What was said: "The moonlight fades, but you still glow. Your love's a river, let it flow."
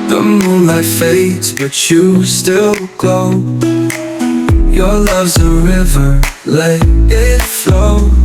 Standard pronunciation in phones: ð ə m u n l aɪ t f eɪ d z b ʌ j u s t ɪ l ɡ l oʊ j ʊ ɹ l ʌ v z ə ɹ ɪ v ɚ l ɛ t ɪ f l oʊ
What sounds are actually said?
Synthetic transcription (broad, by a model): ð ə m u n l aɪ f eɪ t b ʌ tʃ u s t ɪ l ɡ oʊ j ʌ ɹ l ʌ v z ə ɹ ɪ v ɚ l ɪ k ɪ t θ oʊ